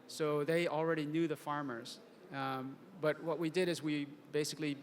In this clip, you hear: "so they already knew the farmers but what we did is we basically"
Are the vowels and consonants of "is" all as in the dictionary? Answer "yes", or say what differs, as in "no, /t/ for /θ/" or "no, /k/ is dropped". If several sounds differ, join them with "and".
yes